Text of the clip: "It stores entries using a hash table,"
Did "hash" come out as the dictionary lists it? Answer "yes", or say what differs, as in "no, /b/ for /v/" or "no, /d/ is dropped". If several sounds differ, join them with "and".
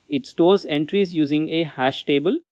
yes